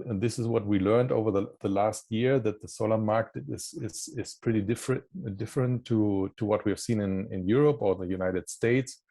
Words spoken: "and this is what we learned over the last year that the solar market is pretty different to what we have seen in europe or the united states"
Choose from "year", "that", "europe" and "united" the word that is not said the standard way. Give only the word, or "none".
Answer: none